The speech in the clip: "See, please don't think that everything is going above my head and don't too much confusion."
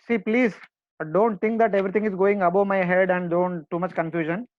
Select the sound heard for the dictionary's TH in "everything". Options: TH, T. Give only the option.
T